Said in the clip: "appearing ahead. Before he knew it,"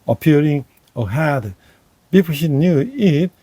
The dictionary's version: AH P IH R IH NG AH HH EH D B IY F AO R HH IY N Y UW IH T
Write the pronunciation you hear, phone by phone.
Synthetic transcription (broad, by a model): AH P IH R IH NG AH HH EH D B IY P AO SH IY N Y UW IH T